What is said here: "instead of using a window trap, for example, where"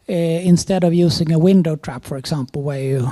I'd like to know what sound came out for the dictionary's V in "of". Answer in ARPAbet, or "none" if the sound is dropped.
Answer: V